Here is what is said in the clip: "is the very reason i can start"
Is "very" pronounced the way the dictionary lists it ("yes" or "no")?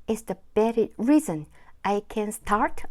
no